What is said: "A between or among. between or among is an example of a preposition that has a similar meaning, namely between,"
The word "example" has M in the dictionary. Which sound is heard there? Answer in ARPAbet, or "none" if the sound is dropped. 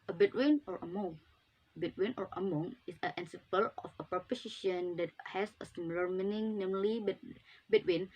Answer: none